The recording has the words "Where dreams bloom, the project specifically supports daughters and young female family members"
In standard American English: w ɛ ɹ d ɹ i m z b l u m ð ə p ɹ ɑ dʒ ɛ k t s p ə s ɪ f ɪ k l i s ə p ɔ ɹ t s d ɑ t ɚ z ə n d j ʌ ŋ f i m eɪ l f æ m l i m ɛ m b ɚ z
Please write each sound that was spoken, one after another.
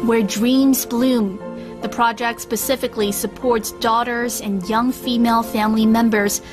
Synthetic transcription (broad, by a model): w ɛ ɹ d ɹ i m z b l u m ð ə p ɹ ɑ dʒ ɛ k t s p ə s ɪ f ɪ k l i s ə p ɔ ɹ t s d ɑ t ɚ z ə n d j ʌ ŋ f i m eɪ l f æ m l i m ɛ m b ɚ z